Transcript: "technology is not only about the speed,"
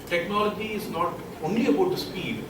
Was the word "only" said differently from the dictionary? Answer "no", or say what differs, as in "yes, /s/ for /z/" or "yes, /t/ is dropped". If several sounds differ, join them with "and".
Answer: no